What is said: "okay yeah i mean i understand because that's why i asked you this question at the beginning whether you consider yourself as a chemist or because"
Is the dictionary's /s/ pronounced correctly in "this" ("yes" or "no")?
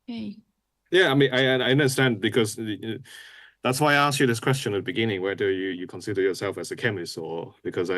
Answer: yes